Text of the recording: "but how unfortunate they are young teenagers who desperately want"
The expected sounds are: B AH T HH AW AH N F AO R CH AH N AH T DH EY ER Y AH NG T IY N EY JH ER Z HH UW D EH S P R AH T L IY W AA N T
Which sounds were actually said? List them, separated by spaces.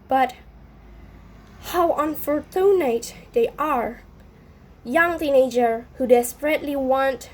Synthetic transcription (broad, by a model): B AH T HH AW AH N F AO R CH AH N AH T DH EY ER Y AH NG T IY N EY JH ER HH UW D EH S P R AH T L IY W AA N T